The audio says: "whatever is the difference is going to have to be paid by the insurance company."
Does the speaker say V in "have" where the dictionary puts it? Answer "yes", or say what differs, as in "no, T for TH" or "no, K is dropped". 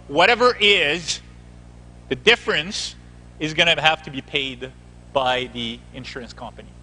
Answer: no, F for V